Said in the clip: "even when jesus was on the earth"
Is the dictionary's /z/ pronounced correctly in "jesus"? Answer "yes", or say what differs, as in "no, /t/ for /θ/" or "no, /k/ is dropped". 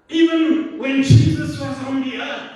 yes